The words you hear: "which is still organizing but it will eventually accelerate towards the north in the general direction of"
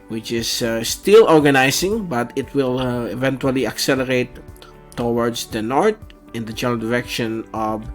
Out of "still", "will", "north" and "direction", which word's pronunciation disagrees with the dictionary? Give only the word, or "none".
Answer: north